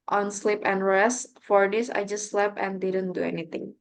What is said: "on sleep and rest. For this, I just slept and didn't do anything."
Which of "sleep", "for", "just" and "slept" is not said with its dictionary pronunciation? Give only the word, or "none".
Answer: slept